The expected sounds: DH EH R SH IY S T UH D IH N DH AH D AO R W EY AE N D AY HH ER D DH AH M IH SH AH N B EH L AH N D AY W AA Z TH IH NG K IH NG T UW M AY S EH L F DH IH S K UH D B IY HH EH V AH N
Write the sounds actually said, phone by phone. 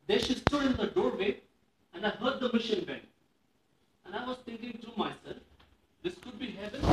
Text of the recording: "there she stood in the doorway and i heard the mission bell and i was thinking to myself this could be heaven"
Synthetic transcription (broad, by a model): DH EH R SH IY S T UH D IH N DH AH D AO R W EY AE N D AY HH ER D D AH M IH SH AH N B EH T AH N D AY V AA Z T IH NG K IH NG T UW M AY S EH L F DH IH S K UH D B IY HH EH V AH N